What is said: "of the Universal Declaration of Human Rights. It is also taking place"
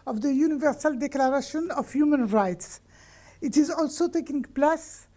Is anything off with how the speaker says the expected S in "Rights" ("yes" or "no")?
no